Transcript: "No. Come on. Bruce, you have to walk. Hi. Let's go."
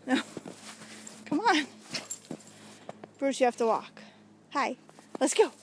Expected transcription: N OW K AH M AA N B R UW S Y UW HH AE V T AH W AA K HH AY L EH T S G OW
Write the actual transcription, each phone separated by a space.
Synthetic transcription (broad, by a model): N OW K AH M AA N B R UW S Y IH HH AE F T AH W AA K HH AY L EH T S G OW